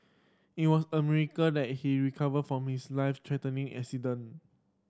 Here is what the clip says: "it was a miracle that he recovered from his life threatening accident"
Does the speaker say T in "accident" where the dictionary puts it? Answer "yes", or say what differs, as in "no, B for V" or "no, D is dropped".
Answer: no, T is dropped